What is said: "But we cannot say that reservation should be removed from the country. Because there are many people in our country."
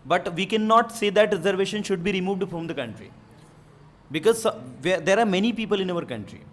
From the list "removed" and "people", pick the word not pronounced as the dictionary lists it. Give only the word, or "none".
none